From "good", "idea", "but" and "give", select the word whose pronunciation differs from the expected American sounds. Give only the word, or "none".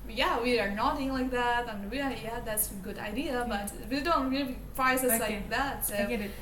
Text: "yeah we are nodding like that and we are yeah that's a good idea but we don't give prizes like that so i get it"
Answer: give